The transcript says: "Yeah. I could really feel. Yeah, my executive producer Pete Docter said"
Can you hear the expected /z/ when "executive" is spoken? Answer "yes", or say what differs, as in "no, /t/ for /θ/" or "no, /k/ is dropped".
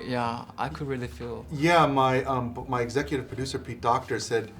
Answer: yes